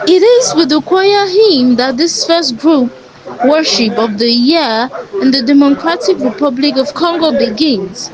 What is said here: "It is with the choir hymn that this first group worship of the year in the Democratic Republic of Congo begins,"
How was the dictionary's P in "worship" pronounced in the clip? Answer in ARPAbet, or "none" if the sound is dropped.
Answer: P